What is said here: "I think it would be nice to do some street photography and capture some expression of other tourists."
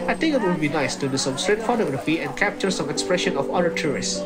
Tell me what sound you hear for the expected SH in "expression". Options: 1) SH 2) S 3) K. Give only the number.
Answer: 1